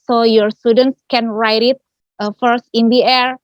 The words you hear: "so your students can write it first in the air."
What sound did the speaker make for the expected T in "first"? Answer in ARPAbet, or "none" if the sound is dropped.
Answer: T